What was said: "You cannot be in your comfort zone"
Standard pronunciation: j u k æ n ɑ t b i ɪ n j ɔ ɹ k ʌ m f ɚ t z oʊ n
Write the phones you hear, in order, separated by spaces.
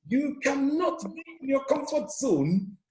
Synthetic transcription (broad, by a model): j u k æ n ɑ t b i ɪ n j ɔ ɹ k ʌ m f ɚ t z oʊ n